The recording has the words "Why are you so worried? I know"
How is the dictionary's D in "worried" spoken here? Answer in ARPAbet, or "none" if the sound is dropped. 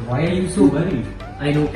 none